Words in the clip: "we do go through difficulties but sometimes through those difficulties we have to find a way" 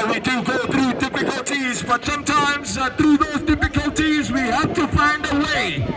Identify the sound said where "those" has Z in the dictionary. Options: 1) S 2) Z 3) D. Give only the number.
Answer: 2